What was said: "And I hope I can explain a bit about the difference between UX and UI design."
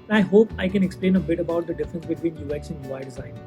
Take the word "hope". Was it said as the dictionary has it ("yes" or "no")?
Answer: yes